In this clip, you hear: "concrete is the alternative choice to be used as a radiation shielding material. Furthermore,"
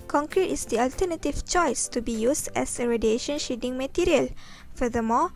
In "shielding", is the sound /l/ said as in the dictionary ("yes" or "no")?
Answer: no